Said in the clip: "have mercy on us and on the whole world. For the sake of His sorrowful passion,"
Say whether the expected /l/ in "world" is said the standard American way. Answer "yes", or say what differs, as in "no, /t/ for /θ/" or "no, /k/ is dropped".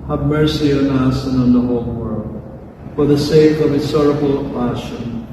yes